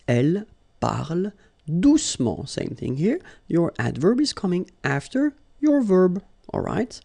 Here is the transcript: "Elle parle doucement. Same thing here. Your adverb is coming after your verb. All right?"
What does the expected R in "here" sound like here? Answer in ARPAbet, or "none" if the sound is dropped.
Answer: R